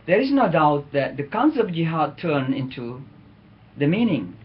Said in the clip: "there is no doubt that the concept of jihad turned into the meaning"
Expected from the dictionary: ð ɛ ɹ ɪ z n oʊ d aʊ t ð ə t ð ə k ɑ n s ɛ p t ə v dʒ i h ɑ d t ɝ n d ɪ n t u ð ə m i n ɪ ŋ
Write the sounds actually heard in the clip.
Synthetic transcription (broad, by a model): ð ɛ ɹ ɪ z n oʊ d aʊ t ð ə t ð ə k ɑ n s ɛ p dʒ i h ɑ d t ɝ n ɪ n t u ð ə m i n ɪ ŋ